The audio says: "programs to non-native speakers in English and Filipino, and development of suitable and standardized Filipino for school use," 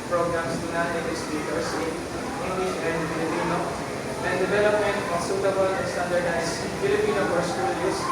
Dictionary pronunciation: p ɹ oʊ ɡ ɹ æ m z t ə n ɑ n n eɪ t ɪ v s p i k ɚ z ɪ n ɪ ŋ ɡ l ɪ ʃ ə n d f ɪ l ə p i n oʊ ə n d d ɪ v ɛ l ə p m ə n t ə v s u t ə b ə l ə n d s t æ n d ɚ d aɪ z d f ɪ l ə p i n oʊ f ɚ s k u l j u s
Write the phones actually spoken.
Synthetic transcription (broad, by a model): p ɹ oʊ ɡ ɹ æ m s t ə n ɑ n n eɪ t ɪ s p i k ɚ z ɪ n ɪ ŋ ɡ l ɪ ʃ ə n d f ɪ l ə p i n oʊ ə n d d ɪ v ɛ l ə p m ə n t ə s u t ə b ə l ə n s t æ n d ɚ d aɪ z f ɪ l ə p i n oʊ p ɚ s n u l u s